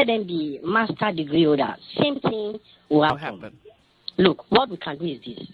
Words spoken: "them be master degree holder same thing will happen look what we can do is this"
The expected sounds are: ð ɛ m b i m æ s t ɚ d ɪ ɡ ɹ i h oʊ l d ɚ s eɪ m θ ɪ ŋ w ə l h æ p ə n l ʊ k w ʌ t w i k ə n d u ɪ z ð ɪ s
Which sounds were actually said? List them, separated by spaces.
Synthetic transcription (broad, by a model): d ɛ m b i m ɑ s t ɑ d ɪ ɡ ɹ i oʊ d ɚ s eɪ m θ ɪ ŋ w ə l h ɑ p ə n l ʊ k w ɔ t w i k ə n d u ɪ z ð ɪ s